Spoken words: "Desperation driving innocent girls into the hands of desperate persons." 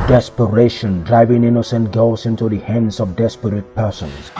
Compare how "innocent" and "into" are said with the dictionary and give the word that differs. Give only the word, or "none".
none